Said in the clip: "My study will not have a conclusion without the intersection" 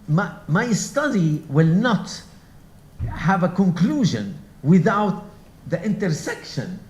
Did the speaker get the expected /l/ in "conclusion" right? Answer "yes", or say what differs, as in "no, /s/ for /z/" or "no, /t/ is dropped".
yes